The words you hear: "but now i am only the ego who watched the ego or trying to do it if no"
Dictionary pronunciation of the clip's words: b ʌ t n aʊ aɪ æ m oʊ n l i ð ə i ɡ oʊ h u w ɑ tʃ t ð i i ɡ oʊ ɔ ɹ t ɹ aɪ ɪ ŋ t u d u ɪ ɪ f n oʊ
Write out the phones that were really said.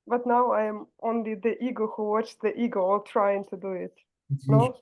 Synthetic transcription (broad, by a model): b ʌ t n aʊ aɪ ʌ m oʊ n l i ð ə i ɡ oʊ h u w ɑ tʃ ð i i ɡ oʊ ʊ l t ɹ aɪ ɪ ŋ t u d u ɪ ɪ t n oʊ